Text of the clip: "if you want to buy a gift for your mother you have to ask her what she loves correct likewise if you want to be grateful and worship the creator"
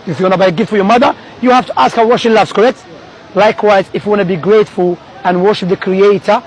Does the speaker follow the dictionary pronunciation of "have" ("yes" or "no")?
no